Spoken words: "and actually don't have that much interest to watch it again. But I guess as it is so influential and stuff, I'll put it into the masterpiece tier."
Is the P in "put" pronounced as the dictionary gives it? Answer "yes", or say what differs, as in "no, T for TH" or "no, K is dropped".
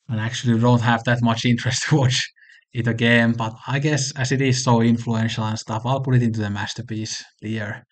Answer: yes